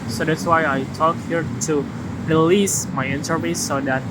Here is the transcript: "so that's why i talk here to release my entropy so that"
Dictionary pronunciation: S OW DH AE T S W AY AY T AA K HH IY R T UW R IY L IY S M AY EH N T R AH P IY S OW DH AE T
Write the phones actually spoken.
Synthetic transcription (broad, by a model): S OW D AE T S W AY AY T AA K HH IY R T UW R IY L IY S M AY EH N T AH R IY S OW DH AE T